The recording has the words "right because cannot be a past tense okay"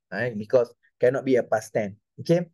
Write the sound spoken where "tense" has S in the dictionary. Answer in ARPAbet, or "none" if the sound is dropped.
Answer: none